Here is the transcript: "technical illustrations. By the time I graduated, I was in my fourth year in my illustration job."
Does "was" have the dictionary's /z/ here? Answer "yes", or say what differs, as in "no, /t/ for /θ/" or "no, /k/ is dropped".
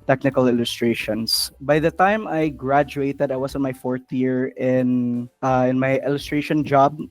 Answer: no, /s/ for /z/